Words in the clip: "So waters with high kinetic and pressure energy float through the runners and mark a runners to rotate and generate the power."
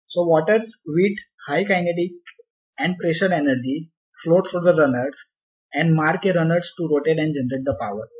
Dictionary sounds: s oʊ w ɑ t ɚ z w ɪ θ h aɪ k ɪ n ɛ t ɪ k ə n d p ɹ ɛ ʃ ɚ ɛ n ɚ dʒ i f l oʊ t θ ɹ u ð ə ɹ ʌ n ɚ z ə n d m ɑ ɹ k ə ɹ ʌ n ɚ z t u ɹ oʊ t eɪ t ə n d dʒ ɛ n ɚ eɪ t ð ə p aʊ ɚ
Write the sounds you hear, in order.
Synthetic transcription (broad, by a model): s oʊ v ɑ t ɚ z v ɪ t h aɪ k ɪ n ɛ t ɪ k ə n d p ɹ ɛ ʃ ɚ ɛ n ɚ dʒ i f l oʊ t f ɹ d ə ɹ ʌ n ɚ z ə n d m ɑ ɹ k ə ɹ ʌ n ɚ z t u ɹ oʊ t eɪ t ə n d dʒ ɛ n ɚ eɪ t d ə p aʊ ɚ